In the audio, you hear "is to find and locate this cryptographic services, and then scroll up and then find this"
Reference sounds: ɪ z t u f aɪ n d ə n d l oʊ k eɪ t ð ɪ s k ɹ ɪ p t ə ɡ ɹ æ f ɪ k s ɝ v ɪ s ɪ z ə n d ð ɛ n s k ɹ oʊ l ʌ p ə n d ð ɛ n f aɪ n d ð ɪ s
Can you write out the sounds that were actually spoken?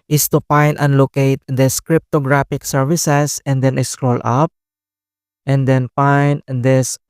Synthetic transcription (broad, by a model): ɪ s t u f aɪ n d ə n l oʊ k eɪ t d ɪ s k ɹ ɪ p t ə ɡ ɹ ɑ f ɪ k s ɝ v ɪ s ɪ s ə n d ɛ n s k ɹ oʊ l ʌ p ə n d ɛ n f aɪ n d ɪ s